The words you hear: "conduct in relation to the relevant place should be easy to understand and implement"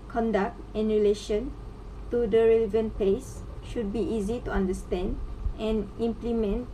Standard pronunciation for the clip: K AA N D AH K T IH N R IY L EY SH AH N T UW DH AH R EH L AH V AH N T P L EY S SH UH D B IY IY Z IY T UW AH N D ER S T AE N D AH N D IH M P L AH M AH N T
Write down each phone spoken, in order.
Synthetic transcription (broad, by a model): K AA N D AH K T IH N R IY L EY SH AH N T UW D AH R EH L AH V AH N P EY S SH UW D B IY IY Z IY T UW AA N D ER S T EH N D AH N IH M P L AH M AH N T